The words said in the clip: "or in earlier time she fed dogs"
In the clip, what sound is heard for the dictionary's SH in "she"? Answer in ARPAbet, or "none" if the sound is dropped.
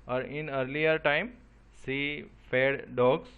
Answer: S